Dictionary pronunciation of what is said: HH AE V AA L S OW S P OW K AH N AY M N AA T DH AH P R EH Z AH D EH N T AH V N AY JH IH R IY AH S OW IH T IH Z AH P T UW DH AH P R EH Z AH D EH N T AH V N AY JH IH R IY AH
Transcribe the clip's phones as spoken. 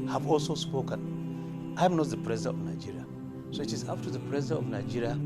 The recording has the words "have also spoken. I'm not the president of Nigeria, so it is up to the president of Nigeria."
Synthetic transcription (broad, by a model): HH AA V AA L S OW S P OW K AH N AY M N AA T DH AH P R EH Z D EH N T AH V N AY JH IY R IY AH S OW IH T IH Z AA F T UW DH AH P R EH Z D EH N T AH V N AY JH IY R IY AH